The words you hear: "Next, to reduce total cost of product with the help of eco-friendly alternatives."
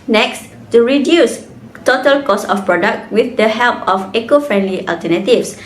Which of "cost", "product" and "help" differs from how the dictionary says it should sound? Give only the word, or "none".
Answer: cost